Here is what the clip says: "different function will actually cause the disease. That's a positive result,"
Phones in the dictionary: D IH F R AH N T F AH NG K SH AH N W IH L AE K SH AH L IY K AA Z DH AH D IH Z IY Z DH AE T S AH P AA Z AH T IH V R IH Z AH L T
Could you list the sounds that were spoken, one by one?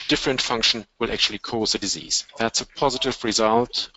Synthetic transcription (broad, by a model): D IH F R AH N T F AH NG K SH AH N W IH L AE K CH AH L IY K AA Z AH D IH Z IY Z DH AE T S AH P AA Z AH T IH V R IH Z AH L T